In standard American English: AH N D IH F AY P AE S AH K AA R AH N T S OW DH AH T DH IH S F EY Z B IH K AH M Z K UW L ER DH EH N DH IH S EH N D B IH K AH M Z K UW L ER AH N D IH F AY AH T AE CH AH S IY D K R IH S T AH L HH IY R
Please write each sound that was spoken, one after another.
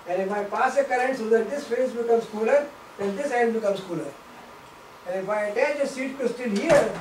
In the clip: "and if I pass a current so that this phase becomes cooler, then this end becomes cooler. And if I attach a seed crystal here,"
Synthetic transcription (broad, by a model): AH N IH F AY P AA S AH K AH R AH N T S OW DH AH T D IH S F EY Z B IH K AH M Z K UW L ER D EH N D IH S EH N D B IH K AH M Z K UW L ER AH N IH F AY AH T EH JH AH S IY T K IH S T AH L HH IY R